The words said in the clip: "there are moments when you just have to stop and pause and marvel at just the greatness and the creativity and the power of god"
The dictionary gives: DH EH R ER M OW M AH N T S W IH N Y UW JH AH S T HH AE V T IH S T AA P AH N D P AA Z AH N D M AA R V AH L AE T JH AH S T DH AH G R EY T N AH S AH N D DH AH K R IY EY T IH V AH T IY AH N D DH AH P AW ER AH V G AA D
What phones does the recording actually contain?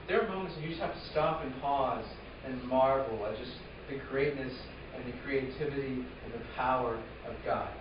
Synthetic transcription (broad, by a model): DH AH R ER M OW M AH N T S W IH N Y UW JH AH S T HH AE F T IH S T AA P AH N P AA Z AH N M AA R V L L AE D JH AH S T DH AH G R EY T N AH S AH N DH AH K R IY EY T IH V AH T IY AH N DH AH P AW ER AH V G AA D